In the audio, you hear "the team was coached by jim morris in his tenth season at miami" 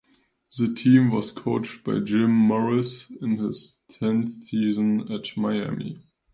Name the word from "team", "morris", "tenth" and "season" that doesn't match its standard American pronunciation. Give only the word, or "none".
none